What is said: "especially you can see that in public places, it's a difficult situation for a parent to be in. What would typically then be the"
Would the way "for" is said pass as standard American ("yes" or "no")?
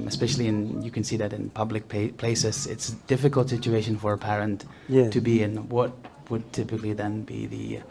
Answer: yes